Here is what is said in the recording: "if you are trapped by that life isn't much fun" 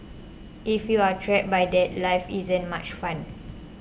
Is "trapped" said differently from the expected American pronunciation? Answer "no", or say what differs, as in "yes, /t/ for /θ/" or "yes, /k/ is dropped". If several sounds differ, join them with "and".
yes, /p/ is dropped